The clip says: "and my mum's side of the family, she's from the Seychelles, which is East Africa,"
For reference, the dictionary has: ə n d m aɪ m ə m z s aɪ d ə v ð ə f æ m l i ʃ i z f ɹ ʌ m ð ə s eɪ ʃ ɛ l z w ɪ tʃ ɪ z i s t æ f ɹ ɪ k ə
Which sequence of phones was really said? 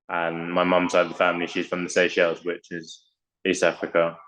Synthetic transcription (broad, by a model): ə n m aɪ m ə m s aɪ ə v ð ə f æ m l i ʃ i z f ɹ ʌ m ð ə s eɪ ʃ ɛ l z w ɪ tʃ ɪ z i s t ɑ f ɹ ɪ k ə